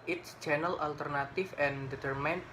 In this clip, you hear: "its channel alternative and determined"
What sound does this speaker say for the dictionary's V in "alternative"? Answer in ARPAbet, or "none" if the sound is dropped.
F